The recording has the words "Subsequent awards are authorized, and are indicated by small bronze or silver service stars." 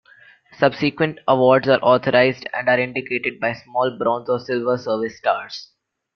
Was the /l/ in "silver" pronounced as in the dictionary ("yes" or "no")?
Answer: yes